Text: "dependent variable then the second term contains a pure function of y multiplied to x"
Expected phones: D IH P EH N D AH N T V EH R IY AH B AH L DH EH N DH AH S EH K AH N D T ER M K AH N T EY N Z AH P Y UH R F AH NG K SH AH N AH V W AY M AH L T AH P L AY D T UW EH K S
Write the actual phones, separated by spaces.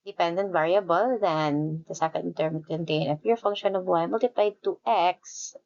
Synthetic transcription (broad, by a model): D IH P EH N D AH N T V EH R IY AH B AH L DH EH N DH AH S EH K AH N D T ER M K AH N T EY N AH F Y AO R F AH NG K SH AH N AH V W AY M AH L T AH P L AY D T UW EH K S